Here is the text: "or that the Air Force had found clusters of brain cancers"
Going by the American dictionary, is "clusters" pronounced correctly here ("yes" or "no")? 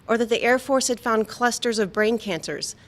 yes